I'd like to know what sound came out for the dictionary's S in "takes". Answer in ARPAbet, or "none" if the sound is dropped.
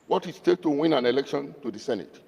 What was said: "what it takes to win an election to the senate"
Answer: none